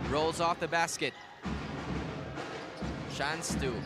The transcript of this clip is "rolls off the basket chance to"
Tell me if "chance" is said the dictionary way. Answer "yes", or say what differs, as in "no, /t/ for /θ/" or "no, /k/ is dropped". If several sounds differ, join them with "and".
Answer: no, /ʃ/ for /tʃ/